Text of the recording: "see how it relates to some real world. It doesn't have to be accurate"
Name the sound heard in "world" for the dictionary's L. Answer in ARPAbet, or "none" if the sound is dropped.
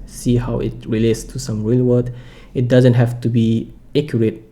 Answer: none